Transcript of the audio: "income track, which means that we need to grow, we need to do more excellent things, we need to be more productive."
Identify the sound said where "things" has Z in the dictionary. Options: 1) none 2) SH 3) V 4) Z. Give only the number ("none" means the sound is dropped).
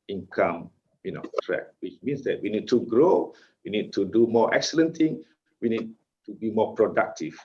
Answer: 1